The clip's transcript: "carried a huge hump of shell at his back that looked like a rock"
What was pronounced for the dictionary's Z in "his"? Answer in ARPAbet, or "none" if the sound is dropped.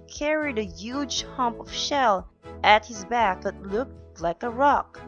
Z